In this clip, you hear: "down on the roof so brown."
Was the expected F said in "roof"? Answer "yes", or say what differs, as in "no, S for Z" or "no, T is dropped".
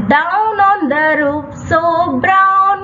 no, P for F